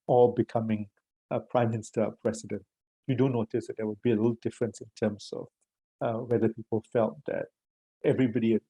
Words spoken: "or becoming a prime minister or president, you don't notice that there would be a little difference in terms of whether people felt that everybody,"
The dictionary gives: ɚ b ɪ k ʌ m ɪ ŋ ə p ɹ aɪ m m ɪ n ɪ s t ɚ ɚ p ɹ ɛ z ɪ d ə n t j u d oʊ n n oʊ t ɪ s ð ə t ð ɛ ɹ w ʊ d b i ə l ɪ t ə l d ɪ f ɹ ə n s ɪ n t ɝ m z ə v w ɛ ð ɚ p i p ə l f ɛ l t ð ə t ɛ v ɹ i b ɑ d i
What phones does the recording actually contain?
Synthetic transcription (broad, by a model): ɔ b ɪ k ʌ m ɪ ŋ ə p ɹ aɪ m m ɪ n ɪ s t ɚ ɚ p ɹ ɛ s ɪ d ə n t j u d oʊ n n oʊ t ɪ s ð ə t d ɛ w ʊ d b i ə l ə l d ɪ f ɹ ə n s ɪ n t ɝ m s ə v w ɛ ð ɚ p i p ə l f ɛ l t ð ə t ɛ v ɹ i b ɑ d i